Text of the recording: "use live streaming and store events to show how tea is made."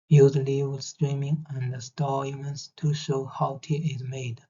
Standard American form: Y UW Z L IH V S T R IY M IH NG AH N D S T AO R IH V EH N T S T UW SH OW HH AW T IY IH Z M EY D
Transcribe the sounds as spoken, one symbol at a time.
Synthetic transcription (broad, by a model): Y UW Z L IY W S T R IY M IH NG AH N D S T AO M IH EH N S T UW SH OW HH AW T IY IH Z M EY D